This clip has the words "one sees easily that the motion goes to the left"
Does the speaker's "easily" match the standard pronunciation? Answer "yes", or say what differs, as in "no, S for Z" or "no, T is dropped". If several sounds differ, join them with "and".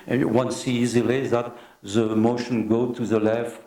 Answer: yes